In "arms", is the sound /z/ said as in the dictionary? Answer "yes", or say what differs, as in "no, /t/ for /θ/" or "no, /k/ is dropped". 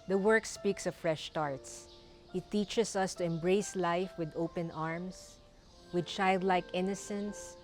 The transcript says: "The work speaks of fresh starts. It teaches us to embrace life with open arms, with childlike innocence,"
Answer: no, /s/ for /z/